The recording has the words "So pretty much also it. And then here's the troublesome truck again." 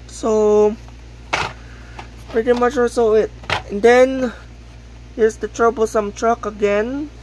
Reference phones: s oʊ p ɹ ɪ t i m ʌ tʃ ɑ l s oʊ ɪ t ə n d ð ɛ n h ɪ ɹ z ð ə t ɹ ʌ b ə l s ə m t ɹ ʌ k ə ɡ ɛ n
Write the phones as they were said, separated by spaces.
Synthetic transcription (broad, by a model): s oʊ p ɹ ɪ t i m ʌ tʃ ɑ s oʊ ɪ t ə n d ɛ n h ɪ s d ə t ɹ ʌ b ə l s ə m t ɹ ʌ k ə ɡ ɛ n